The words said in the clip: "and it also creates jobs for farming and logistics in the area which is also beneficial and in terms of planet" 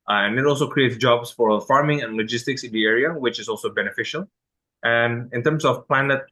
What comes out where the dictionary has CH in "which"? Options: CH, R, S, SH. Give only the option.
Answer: CH